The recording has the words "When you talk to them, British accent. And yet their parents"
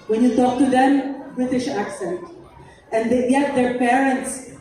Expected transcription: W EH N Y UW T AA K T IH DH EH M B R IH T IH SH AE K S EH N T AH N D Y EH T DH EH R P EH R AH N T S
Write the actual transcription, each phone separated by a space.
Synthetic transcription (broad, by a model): W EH N Y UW T AA K T IH DH EH M B R IH T IH SH AE K S EH N T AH N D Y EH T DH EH R P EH R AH N T S